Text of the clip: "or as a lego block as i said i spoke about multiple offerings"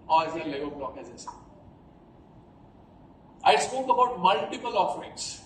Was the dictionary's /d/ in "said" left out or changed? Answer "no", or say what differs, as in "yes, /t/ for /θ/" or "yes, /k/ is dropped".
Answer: yes, /d/ is dropped